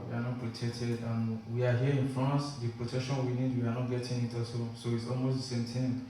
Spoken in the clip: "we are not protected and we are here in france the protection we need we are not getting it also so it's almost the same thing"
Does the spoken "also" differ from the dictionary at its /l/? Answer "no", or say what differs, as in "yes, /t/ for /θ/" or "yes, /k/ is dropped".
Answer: yes, /l/ is dropped